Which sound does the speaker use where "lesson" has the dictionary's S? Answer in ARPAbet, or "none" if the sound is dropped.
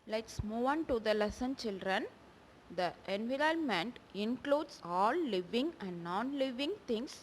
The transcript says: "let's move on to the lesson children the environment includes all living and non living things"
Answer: S